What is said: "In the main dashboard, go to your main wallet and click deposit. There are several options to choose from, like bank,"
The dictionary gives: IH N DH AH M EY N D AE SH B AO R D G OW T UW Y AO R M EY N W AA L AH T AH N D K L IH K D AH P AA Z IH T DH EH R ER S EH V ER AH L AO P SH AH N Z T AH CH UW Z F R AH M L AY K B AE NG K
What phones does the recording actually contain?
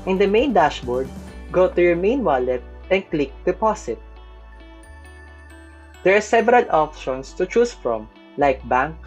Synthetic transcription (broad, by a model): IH N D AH M EY N D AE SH B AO R D G OW T UW Y AO R M EY N W AA L AH T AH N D K L IH K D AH P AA S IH T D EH R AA S EH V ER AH L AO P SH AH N S T AH CH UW S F R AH M L AY K B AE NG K